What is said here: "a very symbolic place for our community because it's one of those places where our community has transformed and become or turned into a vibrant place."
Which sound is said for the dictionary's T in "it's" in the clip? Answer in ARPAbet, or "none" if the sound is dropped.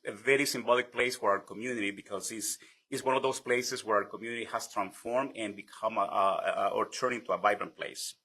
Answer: S